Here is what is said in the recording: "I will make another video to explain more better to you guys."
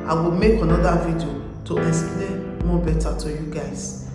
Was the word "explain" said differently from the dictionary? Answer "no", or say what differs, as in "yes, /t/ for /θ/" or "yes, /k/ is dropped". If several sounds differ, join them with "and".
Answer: yes, /k/ is dropped